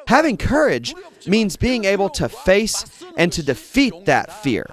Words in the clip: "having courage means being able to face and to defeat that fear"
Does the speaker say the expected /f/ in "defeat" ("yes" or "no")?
yes